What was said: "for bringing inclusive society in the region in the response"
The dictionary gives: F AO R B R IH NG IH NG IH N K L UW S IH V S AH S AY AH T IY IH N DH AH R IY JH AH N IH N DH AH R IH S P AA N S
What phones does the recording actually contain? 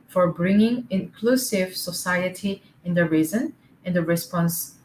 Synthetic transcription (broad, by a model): F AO R B R IH NG IH NG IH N K L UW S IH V S AH S AY AH T IY IH N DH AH R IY Z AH N IH N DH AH R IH S P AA N S